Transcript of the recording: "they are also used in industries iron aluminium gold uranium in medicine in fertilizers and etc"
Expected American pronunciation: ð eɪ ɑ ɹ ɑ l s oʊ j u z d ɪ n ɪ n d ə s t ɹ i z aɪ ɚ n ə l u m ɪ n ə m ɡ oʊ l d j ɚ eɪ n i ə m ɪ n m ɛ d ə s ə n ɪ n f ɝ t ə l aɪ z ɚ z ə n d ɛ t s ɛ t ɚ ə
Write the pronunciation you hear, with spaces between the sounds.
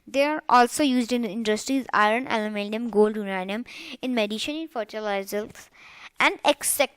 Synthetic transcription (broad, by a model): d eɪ ɑ ɹ ɑ l s oʊ j u z d ɪ n ɪ n d ə s t ɹ i z aɪ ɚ n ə l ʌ m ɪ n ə m ɡ oʊ l d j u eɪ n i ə m ɪ n m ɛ d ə ʃ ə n ɪ n f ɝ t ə l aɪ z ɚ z ə n d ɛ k s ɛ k